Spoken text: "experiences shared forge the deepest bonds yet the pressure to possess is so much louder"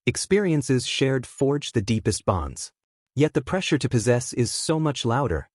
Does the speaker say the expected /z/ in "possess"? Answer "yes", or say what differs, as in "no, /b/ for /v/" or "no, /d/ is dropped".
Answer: yes